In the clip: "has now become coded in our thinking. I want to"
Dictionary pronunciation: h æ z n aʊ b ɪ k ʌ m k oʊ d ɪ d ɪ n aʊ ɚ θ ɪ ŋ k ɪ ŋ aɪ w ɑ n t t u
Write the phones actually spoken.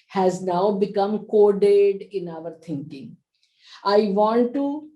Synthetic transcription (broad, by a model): h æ z n aʊ b ɪ k ʌ m k oʊ d ɪ d ɪ n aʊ ɚ t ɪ ŋ k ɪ ŋ aɪ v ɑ n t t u